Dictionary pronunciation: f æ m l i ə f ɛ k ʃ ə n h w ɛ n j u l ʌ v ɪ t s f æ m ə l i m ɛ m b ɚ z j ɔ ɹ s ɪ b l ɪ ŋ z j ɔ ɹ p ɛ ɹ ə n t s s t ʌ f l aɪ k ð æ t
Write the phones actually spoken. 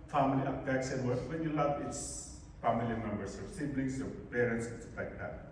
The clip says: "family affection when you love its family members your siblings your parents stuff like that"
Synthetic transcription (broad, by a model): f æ m l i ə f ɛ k s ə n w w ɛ n j u l ʌ v ɪ t s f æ m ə l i m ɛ m b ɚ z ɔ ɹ s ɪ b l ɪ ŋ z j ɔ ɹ p ɛ ɹ ə n t s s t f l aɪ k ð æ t